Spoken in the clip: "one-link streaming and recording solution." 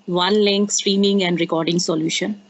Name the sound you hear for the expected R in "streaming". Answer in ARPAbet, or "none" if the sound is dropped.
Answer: R